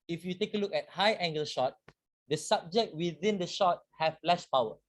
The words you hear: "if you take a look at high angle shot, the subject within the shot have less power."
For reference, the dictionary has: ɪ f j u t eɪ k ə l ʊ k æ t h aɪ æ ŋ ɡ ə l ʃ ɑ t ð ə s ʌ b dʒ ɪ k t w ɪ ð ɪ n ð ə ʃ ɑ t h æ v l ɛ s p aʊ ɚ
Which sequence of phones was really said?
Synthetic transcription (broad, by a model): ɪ f j u t eɪ k ə l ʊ k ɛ t h aɪ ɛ ŋ ɡ ə l ʃ ɑ t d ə s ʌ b dʒ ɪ k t w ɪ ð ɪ n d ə ʃ ɑ t h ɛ f l ɛ ʃ p aʊ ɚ